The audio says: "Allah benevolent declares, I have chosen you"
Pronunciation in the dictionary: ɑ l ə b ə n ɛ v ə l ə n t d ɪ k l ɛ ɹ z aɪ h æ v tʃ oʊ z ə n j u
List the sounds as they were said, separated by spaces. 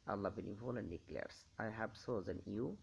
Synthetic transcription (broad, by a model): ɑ l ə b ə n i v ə l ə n d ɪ k l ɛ ɹ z aɪ h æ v s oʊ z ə n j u